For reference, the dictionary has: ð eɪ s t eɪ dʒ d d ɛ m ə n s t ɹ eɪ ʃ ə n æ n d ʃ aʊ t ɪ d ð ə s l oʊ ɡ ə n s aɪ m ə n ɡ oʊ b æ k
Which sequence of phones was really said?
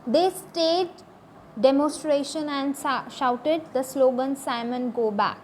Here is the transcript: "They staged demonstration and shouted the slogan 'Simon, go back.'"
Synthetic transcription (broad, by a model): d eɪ s t eɪ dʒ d d ɛ m ə n s t ɹ eɪ ʃ ə n æ n d ʃ aʊ t ɪ d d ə s l oʊ ɡ ə n s aɪ m ə n ɡ oʊ b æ k